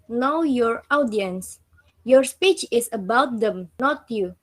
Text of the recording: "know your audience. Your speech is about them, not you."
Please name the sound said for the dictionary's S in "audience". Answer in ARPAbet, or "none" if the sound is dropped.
S